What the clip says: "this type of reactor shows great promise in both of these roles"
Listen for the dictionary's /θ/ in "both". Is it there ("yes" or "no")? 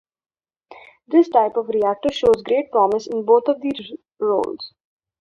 no